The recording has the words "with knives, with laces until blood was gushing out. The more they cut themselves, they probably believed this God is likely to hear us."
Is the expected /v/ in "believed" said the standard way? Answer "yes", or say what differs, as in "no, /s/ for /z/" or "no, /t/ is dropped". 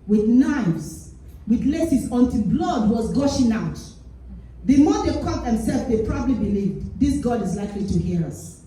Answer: yes